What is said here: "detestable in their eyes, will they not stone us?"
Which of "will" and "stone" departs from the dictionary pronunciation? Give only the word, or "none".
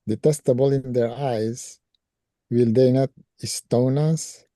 none